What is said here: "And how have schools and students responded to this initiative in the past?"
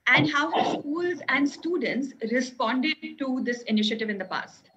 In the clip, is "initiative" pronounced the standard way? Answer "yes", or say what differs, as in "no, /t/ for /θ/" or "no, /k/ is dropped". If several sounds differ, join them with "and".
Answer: yes